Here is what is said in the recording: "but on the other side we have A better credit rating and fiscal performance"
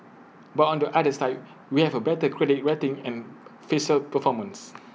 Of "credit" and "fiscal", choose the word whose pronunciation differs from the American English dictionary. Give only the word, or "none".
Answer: fiscal